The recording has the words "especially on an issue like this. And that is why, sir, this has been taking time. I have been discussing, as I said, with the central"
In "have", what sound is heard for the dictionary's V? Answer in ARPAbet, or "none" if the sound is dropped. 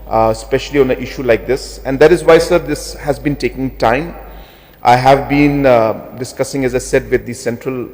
V